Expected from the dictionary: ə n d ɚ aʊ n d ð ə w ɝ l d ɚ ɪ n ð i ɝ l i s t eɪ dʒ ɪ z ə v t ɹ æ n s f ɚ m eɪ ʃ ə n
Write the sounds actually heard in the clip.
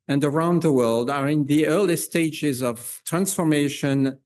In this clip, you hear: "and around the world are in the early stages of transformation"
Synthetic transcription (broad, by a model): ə n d ɚ aʊ n d ð ə w ɝ l d ɚ ɪ n ð i ɝ l i s t eɪ dʒ ɪ z ə v t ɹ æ n s f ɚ m eɪ ʃ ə n